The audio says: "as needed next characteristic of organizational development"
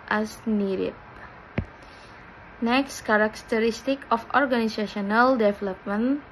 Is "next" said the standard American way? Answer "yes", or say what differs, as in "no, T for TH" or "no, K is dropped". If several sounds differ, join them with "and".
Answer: yes